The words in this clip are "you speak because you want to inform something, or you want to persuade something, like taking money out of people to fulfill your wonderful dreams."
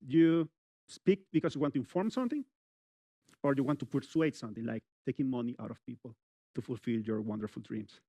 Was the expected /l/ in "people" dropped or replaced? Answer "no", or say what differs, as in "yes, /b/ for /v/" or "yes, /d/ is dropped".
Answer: no